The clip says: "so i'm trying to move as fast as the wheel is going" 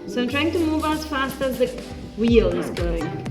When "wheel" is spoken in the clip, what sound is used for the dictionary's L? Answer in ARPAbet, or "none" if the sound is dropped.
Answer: L